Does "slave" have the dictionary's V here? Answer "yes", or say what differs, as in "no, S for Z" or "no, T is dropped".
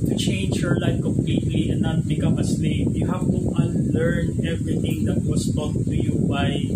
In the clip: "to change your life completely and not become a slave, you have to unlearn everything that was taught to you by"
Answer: no, P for V